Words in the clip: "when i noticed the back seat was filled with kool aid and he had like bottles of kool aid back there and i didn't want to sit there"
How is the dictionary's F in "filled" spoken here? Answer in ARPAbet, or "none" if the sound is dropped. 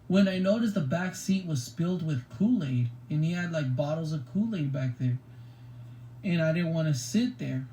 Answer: P